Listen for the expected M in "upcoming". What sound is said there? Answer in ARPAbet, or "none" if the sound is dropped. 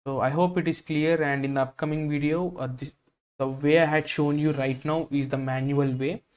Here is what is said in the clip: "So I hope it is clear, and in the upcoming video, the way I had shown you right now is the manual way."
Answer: M